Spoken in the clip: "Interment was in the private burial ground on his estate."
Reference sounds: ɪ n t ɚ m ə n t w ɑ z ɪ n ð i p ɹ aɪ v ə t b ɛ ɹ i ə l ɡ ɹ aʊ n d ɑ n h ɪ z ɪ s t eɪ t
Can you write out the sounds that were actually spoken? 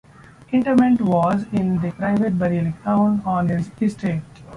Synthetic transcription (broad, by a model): ɪ n t ɚ m ə n t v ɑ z ɪ n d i p ɹ aɪ v ə t b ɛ ɹ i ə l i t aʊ n ɑ n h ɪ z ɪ s t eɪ t